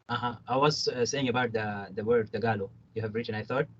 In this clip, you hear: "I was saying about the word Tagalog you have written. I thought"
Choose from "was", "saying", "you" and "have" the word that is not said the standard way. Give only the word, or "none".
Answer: none